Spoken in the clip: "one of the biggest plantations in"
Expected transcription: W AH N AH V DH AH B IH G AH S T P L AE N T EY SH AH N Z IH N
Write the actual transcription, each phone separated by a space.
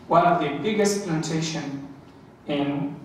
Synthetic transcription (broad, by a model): W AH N AH V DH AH B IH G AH S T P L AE N T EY SH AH N IH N